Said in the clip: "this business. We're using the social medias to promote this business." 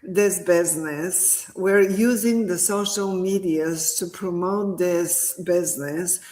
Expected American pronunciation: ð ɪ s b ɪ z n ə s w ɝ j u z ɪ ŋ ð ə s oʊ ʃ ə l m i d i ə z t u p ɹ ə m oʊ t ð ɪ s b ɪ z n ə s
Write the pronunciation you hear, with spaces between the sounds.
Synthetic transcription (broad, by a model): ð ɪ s b ɪ z n ə s w ɝ j u z ɪ ŋ ð ə s oʊ ʃ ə l m i d i ə z t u p ɹ ə m oʊ t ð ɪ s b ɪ z n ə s